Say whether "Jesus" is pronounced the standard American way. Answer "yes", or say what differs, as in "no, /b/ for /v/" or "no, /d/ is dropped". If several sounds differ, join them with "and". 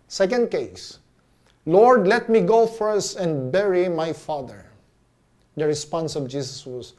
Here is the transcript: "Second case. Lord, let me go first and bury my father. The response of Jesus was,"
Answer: no, /s/ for /z/